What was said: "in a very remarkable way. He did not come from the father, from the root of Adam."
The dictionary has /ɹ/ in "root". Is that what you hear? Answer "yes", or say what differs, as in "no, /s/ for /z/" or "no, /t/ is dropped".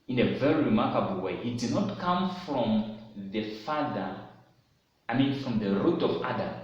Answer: yes